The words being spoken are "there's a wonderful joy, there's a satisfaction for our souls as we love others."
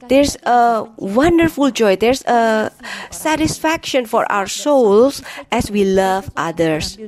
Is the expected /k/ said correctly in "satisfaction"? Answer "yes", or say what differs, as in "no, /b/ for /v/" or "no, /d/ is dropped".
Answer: yes